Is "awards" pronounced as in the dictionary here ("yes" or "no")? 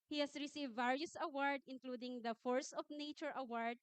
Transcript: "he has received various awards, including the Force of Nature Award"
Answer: no